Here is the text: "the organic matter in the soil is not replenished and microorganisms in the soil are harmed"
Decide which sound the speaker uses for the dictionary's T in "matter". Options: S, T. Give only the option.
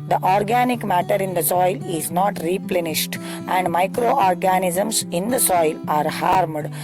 T